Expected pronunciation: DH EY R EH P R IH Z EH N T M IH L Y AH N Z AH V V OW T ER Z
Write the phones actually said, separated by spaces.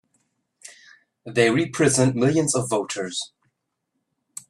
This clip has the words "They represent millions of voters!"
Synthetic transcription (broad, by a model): DH EY R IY P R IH Z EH N T M IH L Y AH N Z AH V V OW T ER Z